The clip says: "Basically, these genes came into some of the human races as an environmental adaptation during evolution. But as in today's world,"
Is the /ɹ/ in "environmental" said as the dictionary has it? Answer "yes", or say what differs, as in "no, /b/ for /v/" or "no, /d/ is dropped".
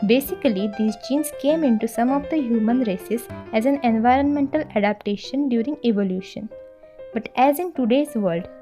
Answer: yes